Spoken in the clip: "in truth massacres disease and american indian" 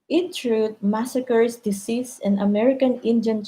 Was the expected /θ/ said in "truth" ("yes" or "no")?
no